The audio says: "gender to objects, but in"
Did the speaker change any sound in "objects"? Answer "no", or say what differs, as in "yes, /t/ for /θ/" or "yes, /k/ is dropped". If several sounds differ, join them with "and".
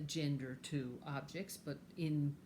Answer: no